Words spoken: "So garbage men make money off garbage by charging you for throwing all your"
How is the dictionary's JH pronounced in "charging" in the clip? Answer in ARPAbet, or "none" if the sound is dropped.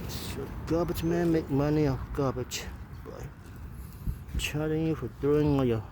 none